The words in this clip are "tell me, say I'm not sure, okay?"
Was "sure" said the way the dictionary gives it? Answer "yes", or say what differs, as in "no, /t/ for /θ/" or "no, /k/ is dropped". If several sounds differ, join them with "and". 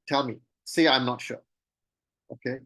yes